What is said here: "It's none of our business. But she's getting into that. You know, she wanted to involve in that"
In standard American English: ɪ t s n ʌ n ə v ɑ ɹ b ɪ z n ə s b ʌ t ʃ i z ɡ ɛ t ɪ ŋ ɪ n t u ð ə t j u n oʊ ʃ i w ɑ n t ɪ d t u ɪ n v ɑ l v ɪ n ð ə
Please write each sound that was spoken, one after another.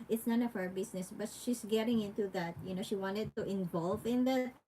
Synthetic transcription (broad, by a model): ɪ t s n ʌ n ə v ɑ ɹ b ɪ s n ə s b ʌ t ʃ i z ɡ ɛ t ɪ ŋ ɪ n t u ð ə t j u n oʊ ʃ i w ɑ n t ɪ d t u ɪ n v ɑ l v ɪ n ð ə